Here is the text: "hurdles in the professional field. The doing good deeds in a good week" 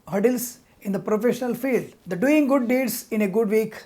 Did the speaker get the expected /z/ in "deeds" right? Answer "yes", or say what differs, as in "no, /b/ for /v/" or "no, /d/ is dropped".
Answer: no, /s/ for /z/